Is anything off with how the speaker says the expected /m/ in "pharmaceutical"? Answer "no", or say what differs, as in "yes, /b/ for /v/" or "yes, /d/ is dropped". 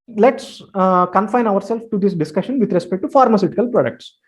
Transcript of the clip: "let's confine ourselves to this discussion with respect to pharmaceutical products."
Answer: no